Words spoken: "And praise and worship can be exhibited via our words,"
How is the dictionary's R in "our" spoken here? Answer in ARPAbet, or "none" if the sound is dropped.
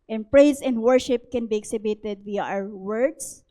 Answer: W